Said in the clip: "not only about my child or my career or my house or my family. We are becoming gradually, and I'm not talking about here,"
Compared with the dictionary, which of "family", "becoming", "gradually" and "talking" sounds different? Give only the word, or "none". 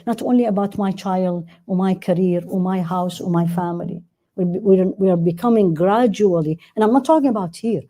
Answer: family